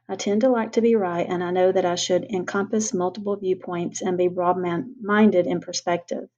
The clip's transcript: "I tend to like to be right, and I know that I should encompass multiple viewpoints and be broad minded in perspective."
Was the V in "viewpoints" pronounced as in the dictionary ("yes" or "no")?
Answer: yes